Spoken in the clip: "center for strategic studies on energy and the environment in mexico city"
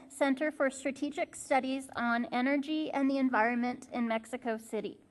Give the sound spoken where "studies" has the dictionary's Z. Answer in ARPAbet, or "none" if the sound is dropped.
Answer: Z